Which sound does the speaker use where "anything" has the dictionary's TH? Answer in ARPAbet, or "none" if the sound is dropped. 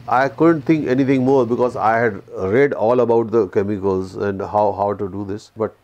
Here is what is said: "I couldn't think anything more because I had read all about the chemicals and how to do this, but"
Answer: T